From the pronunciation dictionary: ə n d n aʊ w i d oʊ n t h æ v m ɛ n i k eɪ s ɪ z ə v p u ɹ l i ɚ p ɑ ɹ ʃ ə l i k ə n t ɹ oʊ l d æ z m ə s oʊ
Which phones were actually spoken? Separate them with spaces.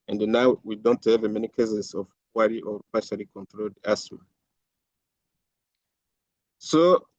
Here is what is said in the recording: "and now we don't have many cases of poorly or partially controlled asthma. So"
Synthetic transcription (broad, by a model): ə n d n aʊ w i d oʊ n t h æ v m ɛ n i k eɪ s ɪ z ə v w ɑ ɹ i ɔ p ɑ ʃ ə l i k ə n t ɹ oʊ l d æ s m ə s oʊ